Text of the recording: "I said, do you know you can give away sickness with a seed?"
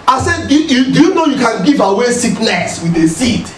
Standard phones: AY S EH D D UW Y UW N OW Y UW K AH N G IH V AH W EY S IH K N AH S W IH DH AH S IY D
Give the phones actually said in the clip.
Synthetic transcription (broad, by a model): AY S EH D D UW Y UW N OW Y UW K AH N G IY V AH W EY S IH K L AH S W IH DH AH S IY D